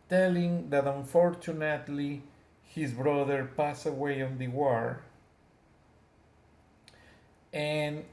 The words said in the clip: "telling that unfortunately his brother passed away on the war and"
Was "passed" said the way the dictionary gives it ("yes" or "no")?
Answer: no